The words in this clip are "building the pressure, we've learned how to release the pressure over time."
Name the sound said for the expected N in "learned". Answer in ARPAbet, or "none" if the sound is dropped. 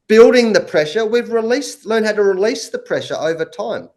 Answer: L